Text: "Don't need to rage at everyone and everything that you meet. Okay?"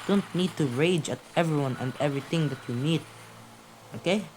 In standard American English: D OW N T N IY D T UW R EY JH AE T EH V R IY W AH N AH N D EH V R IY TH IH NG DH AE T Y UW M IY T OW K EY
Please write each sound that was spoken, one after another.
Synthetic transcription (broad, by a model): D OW N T N IY D T UW R EY JH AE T EH V R IY W AH N AH N D EH V R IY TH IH NG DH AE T Y UW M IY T OW K EY